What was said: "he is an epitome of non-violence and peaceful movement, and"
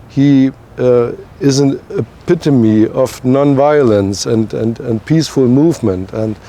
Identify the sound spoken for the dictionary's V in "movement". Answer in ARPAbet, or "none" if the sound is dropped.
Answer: V